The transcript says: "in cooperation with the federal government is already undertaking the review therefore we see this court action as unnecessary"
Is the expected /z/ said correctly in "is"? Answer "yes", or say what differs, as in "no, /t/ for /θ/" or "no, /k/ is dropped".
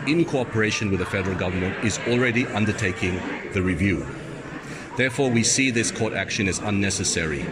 yes